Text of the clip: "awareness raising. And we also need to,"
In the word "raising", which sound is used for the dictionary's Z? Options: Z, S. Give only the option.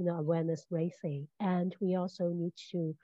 S